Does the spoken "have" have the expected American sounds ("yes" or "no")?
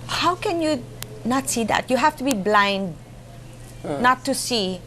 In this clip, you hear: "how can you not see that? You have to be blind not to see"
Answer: no